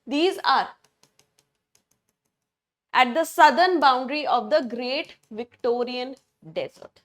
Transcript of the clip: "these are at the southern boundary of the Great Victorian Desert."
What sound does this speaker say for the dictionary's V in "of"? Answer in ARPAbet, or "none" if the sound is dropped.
V